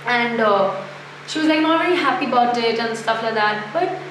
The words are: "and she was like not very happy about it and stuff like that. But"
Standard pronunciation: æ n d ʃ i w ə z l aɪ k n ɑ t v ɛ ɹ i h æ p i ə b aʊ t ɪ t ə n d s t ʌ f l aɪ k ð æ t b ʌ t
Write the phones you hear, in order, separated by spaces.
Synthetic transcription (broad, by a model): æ n d ʃ i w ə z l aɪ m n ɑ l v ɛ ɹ i h æ p i ə b aʊ t ɪ t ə n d s t ʌ f l aɪ k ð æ t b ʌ t